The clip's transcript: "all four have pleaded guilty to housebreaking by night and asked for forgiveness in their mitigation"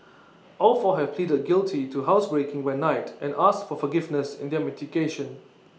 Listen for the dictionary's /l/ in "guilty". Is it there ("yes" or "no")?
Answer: yes